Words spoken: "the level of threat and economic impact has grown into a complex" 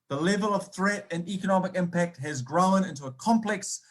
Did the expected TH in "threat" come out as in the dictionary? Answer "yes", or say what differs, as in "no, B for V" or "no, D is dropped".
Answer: yes